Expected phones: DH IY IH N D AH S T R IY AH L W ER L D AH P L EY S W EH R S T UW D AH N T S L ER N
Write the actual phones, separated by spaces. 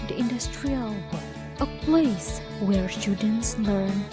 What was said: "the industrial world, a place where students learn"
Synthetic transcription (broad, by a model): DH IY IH N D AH S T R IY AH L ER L AH P L EY S W EH R S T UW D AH N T S L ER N